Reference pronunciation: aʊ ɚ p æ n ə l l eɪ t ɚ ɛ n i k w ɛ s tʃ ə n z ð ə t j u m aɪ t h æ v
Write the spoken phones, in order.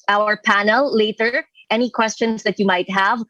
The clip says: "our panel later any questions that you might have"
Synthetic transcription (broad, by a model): aʊ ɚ p æ n ə l l eɪ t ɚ ɛ n i k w ɛ s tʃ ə n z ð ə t j u m aɪ t h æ v